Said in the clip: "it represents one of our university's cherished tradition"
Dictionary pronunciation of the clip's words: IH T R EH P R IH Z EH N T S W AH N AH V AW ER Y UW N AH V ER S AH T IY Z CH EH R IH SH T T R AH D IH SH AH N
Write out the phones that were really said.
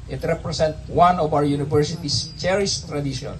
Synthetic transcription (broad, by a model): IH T R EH P R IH S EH N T W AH N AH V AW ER Y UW N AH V ER S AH T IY S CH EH R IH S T T R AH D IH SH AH N